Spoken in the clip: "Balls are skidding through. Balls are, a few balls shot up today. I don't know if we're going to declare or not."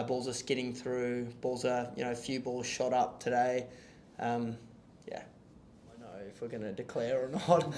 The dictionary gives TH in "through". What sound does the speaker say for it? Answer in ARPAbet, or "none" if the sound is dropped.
TH